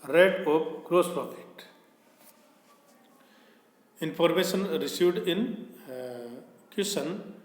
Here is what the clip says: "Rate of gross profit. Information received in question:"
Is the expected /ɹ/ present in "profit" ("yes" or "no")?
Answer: no